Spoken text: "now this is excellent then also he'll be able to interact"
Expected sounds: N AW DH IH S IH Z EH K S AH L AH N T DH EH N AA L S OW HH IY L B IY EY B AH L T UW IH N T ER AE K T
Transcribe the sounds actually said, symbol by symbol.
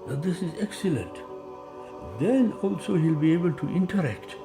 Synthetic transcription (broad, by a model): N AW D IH S IH Z EH K S AH L AH N T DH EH N AA L S OW HH IY L B IY EY B AH L T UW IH N T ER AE K T